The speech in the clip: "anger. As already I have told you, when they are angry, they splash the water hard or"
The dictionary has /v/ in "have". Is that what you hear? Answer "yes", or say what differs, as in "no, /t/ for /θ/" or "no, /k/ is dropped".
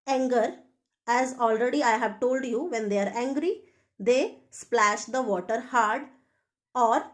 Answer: yes